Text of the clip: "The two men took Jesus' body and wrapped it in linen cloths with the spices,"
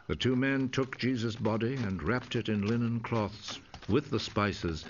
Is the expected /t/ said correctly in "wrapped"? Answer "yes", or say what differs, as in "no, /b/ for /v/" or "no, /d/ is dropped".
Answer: yes